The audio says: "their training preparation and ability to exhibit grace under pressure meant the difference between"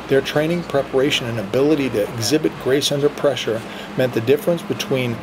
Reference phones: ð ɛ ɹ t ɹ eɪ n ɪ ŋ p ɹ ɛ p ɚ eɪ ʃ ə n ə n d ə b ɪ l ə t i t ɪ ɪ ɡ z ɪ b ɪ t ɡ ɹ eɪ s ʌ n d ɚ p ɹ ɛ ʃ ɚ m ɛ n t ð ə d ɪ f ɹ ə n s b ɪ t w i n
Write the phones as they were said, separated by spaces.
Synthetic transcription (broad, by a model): ð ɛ ɹ t ɹ eɪ n ɪ ŋ p ɹ ɛ p ɚ eɪ ʃ ə n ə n ə b ɪ l ə t i t ɪ ɪ ɡ z ɪ b ɪ t ɡ ɹ eɪ s ʌ n d ɚ p ɹ ɛ ʃ ɚ m ɛ n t ð ə d ɪ f ɹ ə n s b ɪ t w i n